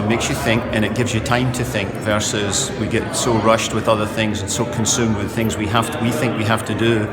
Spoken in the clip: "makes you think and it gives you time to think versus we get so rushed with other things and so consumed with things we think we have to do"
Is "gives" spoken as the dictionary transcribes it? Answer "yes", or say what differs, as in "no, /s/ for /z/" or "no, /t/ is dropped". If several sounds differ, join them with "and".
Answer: yes